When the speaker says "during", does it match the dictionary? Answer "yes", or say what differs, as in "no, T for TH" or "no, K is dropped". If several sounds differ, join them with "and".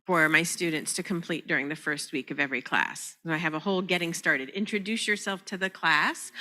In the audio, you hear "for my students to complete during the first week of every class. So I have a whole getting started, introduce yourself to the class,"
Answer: yes